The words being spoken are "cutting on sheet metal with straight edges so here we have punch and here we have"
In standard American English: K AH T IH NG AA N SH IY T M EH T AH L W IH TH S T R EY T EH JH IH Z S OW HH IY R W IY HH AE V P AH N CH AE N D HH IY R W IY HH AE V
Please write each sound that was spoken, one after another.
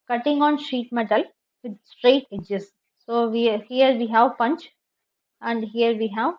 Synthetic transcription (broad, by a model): K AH T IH NG AA N SH IY T M EH T AH L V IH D S T R EY T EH JH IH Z S OW HH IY R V IY HH AE V P AH N CH AE N D HH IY R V IY HH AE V